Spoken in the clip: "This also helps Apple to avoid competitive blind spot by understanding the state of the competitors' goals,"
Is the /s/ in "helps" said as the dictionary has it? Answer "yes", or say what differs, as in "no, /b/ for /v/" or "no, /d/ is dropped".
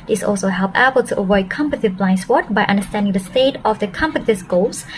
no, /s/ is dropped